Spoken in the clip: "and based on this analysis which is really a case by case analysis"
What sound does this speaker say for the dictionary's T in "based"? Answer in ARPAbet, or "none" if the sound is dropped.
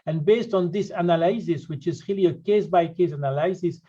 T